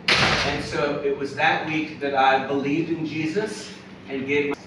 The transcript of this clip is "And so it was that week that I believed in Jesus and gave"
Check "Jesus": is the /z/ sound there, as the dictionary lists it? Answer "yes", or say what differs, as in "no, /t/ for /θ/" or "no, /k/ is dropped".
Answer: yes